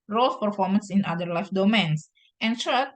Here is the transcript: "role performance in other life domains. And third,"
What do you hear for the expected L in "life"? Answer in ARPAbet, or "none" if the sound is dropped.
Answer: L